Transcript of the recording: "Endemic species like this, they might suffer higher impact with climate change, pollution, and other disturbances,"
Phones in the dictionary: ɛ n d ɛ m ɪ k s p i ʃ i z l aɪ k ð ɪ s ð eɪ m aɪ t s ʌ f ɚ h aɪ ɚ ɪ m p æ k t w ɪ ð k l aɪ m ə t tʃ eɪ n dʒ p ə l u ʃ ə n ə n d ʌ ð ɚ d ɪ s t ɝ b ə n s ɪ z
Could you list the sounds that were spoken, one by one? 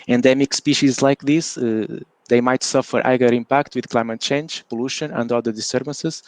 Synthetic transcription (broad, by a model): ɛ n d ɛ m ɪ k s p i ʃ i z l aɪ k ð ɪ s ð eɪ m aɪ t s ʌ f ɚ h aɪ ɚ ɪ m p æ k t w ɪ ð k l aɪ m ə t tʃ eɪ n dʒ p ə l u ʃ ə n ə n d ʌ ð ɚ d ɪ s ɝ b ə n s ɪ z